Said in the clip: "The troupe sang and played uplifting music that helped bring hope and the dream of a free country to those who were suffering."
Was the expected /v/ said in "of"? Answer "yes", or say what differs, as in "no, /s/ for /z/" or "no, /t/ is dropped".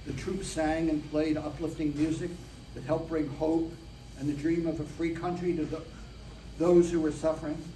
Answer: yes